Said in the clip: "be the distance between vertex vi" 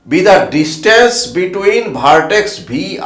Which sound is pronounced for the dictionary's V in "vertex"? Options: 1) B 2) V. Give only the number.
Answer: 1